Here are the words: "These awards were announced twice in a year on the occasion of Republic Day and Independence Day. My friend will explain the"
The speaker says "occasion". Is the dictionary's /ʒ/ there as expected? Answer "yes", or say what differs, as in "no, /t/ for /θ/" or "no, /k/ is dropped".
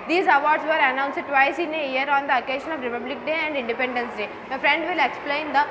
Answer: no, /ʃ/ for /ʒ/